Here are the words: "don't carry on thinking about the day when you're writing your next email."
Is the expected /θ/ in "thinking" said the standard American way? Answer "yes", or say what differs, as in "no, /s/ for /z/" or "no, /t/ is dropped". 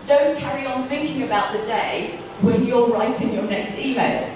yes